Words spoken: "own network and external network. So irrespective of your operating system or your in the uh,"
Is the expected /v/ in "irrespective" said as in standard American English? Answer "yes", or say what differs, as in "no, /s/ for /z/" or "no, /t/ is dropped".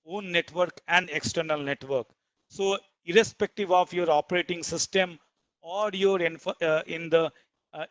yes